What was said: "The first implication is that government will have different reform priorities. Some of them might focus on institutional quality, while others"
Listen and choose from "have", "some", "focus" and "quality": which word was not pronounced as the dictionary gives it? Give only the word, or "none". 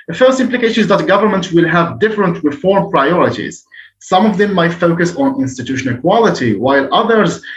none